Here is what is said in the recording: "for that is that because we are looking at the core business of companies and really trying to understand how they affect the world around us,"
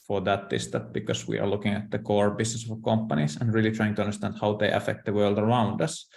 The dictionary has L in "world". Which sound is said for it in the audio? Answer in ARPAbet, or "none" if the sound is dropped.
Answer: L